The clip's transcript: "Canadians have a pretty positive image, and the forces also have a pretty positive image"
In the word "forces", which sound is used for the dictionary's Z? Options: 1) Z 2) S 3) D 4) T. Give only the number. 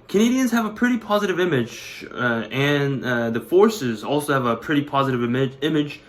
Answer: 1